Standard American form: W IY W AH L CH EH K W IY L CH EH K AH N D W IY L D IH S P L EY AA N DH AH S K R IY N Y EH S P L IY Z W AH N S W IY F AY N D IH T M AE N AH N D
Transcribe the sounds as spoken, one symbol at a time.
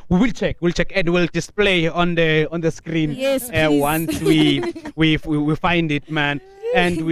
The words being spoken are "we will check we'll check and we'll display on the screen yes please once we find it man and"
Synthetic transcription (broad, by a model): W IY W AH L CH EH K W IY L CH EH K AH N D W IY L D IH S P L EY AA N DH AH S K R IY N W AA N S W IY W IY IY W IY F AY N D IH T M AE N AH N D